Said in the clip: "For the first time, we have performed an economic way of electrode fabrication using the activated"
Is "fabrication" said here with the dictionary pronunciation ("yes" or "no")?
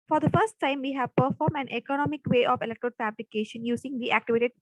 no